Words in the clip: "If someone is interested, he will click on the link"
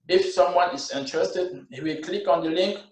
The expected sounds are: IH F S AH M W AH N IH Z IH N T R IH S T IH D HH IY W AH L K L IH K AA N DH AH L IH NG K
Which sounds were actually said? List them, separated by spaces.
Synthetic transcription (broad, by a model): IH F S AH M W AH N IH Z IH N T R IH S T IH D HH IY W AH L K L IH K AA N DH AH L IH NG K